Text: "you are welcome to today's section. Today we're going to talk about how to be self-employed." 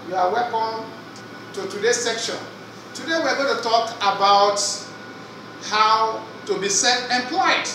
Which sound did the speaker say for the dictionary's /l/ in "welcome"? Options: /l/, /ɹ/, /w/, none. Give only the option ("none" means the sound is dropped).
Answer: none